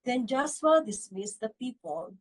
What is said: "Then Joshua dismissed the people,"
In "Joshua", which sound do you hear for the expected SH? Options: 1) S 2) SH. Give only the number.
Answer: 1